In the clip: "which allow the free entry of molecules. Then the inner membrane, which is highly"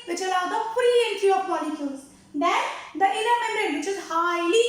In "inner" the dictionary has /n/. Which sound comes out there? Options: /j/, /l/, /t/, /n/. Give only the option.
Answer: /l/